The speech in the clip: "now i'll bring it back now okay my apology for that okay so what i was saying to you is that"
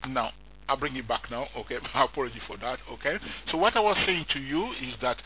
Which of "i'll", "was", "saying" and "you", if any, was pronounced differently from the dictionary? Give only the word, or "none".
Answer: none